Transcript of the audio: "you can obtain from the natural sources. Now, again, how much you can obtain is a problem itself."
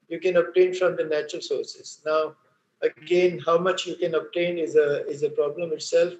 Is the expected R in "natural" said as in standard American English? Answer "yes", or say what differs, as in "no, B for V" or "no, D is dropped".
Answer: yes